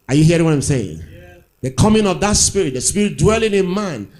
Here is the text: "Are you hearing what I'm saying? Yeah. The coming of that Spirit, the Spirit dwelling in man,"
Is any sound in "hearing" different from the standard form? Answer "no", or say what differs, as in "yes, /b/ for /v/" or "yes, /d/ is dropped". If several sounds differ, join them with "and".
yes, /ɹ/ is dropped